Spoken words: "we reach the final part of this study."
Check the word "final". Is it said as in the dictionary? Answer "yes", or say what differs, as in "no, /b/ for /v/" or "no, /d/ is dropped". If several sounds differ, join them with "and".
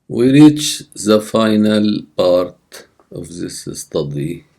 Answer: yes